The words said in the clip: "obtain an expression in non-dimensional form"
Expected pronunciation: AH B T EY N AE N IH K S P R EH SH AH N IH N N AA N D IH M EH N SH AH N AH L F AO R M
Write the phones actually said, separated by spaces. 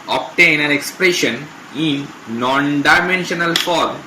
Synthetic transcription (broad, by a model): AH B T EY N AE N IH K S P R EH SH AH N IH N N AA N D IH M EH N SH AH N AH L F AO R M